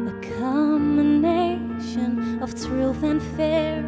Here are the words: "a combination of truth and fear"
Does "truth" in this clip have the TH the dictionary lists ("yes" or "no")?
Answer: yes